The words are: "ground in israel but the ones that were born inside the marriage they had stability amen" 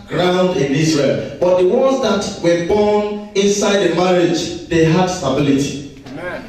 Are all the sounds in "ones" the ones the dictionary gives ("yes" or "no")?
no